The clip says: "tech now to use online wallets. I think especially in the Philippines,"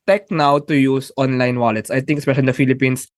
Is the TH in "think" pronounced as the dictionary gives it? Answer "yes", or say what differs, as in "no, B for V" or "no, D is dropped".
no, T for TH